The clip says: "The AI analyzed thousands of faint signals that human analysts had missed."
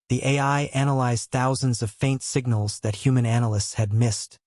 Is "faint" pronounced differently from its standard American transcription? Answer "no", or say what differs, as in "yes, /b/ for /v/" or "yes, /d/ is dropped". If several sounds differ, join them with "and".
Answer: no